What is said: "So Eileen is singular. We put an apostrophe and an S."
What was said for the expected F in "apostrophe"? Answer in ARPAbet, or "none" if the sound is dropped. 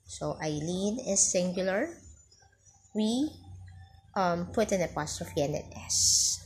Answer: F